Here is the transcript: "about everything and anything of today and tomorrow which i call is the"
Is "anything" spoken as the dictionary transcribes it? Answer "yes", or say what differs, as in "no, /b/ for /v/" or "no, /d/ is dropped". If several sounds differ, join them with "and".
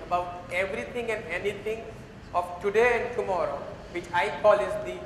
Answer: no, /t/ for /θ/